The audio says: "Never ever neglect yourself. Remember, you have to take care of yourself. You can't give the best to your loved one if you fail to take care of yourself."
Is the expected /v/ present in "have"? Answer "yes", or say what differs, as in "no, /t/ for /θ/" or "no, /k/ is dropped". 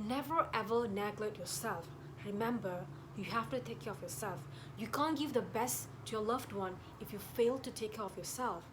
no, /f/ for /v/